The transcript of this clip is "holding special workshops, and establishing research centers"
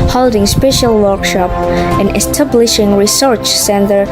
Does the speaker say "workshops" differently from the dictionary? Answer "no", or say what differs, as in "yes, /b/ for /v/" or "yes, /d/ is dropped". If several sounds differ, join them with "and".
yes, /s/ is dropped